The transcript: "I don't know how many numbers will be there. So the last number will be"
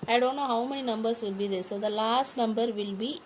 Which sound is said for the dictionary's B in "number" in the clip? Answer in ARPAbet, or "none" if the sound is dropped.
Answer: B